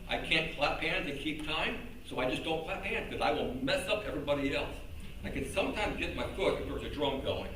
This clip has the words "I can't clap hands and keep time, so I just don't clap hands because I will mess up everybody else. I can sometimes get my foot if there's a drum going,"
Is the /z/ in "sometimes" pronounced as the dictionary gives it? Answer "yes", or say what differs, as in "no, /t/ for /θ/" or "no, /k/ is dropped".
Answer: yes